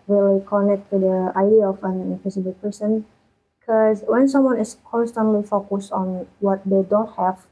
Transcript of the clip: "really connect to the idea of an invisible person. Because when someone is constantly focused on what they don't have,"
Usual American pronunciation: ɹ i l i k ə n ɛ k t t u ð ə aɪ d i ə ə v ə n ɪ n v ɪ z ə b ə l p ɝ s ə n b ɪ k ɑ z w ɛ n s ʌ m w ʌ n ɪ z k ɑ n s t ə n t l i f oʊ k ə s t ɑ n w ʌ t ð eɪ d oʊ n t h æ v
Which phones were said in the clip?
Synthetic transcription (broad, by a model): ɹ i l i k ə n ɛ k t t u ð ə aɪ d i ə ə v ə n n f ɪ s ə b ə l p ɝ s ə n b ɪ k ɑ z w ɛ n s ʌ m w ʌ n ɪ s k ɑ n s t ə n t l i f oʊ k ə s t ɑ n w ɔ t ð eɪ d oʊ n t h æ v